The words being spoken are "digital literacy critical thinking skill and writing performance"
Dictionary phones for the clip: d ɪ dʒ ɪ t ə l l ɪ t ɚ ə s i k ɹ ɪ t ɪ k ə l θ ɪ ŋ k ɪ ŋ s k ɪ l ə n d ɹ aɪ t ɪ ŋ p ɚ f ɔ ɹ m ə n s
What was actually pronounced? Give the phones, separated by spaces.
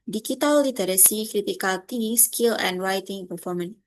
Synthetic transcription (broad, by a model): d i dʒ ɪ t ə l l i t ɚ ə s i k ɹ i t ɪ k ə l t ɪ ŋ ɪ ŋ s k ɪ l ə n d ɹ aɪ t ɪ ŋ p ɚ f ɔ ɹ m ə n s